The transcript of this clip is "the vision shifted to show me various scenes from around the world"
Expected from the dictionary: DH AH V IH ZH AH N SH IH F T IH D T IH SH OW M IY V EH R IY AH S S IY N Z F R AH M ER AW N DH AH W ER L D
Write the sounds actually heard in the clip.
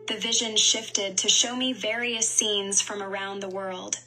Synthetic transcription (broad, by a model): DH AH V IH ZH AH N SH IH F T IH D T IH SH OW M IY V EH R IY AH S S IY N Z F R AH M ER AW N DH AH W ER L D